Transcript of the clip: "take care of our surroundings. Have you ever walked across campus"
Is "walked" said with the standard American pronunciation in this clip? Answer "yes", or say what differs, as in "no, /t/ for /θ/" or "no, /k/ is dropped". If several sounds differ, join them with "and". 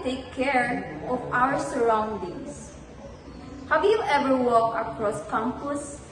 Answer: no, /t/ is dropped